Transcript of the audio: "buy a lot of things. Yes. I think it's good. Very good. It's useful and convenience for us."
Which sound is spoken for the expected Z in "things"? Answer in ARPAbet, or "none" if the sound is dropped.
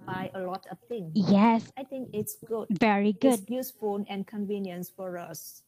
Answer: none